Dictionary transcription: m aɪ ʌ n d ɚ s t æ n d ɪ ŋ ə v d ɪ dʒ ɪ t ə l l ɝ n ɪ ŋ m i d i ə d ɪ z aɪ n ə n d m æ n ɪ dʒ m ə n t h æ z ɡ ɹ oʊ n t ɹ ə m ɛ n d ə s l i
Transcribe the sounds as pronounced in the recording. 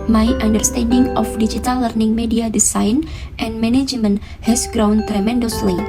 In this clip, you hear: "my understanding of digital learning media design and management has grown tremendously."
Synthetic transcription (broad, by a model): m aɪ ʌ n d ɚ s t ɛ n d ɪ ŋ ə f d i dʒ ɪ t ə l l ɝ n ɪ ŋ m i d i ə d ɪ s aɪ n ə n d m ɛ n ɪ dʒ m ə n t h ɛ s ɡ ɹ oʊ n t ɹ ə m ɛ n d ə s l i